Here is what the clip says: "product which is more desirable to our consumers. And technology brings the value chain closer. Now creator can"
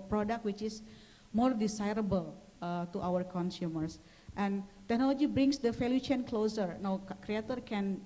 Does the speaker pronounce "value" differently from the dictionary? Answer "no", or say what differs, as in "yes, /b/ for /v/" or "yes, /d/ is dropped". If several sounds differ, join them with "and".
yes, /f/ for /v/